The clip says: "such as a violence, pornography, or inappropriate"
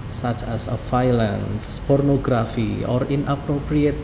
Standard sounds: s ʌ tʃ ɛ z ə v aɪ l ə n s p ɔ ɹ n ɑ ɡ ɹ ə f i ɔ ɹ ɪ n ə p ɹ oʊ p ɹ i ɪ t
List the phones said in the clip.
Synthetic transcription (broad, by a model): s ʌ tʃ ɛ s ə f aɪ l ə n s p ɔ ɹ n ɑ ɡ ɹ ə f i ɔ ɹ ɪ n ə p ɹ oʊ p ɹ i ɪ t